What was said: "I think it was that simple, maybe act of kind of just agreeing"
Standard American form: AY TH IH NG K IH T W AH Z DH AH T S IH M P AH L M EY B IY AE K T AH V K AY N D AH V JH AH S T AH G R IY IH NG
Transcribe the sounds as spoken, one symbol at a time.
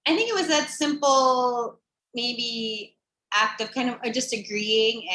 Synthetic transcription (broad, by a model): AY TH IH NG K IH T W AH Z DH AH T S IH M P L M EY B IY AE K T AH V K AY N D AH V JH AH S T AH G R IY IH NG